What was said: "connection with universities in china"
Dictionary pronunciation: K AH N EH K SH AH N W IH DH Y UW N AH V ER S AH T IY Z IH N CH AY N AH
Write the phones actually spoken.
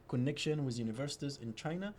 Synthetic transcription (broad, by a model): K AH N EH K SH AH N W IH DH Y UW N AH V ER S AH T IY Z IH N CH AY N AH